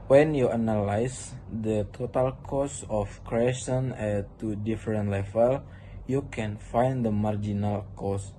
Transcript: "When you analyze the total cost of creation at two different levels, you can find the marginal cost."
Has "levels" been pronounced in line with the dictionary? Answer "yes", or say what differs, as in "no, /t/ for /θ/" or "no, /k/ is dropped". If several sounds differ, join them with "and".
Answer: no, /z/ is dropped